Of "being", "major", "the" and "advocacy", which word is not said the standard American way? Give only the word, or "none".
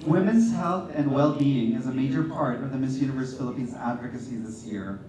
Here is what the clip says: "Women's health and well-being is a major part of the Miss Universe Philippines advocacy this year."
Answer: none